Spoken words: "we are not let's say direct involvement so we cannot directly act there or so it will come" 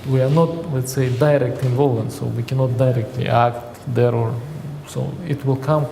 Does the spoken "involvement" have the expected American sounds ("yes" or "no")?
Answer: no